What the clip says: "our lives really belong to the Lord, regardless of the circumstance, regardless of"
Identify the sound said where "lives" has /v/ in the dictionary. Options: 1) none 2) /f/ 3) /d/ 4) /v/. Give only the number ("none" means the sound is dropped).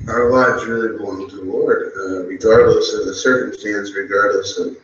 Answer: 1